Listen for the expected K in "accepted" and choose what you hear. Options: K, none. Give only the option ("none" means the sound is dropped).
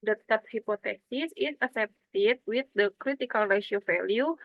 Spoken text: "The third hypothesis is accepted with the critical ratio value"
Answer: none